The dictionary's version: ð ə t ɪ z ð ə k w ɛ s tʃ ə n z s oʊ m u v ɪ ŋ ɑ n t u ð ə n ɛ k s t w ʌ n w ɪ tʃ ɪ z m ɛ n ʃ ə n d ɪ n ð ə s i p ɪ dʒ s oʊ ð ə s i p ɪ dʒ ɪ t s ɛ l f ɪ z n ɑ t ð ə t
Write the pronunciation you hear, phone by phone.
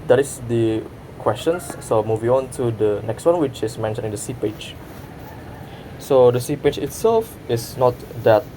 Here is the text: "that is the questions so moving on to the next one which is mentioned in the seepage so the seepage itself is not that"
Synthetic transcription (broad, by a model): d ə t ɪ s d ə k w ɛ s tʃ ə n s oʊ m u v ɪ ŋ ɑ n t u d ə n ɛ k s t w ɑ n w ɪ tʃ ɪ s m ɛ n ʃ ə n ɪ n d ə s i p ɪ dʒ s oʊ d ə s i p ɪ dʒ ɪ t s ɛ l f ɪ s n ɑ t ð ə t